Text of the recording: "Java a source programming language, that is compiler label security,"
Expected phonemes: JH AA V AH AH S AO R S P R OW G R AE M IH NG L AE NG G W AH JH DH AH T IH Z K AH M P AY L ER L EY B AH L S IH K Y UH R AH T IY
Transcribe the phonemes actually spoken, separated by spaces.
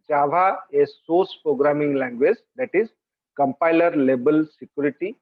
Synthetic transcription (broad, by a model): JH AA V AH AH S AO R S P R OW G R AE M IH NG L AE NG G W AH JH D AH T IH Z K AH M P AY L ER L EY B AH L S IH K Y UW R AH T IY